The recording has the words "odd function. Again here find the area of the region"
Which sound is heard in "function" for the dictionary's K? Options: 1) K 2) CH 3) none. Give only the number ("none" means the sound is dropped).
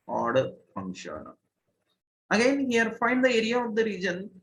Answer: 3